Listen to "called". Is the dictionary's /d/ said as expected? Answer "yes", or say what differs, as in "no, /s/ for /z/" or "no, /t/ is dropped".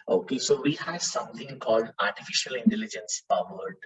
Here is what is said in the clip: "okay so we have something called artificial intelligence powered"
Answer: yes